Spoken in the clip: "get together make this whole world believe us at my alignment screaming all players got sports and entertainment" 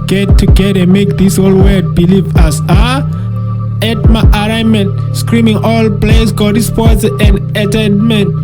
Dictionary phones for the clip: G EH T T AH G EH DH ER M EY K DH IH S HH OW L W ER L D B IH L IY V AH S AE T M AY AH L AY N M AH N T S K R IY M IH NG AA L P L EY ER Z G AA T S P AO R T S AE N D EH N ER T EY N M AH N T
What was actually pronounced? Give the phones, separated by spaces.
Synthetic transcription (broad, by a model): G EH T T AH G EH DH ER M EY K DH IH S HH OW L W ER D B IH L IY V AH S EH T M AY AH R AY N M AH N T S K R IY M IH NG AA L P L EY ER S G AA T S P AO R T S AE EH N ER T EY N M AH N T